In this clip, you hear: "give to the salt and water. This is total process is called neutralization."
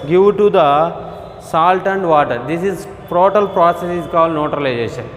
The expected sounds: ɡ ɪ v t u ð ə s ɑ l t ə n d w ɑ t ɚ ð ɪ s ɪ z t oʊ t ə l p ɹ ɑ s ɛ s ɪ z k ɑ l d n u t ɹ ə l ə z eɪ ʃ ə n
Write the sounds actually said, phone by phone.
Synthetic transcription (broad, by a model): ɡ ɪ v t u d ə s ɑ l t ə n d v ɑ t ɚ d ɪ s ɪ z t oʊ t ə l p ɹ ɑ s ɛ s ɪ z k ɑ l d n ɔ t ɹ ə l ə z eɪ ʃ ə n